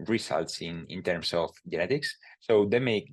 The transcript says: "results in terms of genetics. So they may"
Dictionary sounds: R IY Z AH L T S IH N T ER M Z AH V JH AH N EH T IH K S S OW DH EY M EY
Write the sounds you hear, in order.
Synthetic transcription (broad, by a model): R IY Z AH L T S IH N T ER M S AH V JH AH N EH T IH K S S OW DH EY M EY